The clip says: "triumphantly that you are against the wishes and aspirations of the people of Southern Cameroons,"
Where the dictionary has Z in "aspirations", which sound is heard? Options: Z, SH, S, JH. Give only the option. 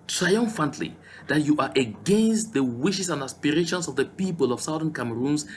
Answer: S